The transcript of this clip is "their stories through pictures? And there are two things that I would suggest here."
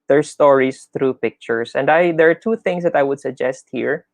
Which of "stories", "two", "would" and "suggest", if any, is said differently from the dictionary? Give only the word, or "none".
stories